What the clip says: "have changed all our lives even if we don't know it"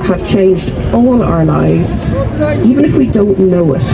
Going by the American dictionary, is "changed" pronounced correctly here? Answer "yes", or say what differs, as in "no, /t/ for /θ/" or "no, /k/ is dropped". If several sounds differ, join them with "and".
yes